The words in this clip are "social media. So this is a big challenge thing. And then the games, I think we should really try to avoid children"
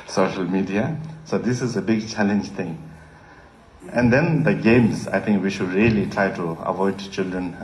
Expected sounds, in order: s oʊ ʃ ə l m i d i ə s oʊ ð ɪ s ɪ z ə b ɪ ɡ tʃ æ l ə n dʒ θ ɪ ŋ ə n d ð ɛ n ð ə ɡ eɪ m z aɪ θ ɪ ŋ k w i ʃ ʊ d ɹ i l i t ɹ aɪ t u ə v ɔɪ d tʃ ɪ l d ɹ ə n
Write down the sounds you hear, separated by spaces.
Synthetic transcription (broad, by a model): s oʊ ʃ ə l m i d i ə s oʊ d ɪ s ɪ z ə b ɪ ɡ tʃ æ l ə n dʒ t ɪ ŋ ə n d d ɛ n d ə ɡ eɪ m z aɪ t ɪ ŋ k w i ʃ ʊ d ɹ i l i t ɹ aɪ t u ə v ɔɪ d tʃ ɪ l d ɹ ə n